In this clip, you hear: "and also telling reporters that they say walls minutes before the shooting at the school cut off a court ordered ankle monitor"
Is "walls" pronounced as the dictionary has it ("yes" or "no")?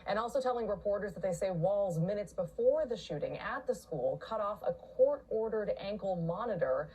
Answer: yes